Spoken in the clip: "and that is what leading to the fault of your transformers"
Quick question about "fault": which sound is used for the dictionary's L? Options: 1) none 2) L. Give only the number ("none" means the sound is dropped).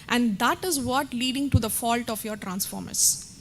2